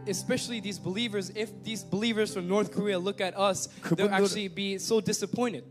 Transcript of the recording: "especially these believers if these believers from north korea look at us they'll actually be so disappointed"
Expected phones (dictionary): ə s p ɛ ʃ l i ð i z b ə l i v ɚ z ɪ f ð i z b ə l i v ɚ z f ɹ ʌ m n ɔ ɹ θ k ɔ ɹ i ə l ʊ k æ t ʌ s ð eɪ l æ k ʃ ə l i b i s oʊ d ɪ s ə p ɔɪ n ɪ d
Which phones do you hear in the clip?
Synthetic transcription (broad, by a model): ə s p ɛ ʃ l i ð i z b ə l i v ɚ z ɪ f ð i z b ə l i v ɚ z f ɹ ʌ m n ɔ ɹ θ k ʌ ɹ i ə l ʊ k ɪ t ʌ s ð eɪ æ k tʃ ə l i b i s oʊ d ɪ s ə p ɔɪ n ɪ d